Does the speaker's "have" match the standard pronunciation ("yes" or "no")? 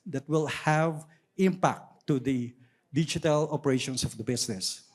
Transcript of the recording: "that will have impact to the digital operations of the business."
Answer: yes